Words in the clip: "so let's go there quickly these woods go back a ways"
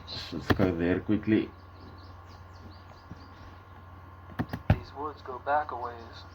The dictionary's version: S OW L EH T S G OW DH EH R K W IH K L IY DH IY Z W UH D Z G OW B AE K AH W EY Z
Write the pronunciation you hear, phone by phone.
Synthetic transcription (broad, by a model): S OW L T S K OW DH EH R K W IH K L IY DH IY Z W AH D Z G OW B AE K AH W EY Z